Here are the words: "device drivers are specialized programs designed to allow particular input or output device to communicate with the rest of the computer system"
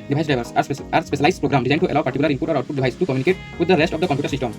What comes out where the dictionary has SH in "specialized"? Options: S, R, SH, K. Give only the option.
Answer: S